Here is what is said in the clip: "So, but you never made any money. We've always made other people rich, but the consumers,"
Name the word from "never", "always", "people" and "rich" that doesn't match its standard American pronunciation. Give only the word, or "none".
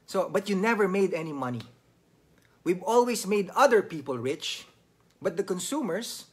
always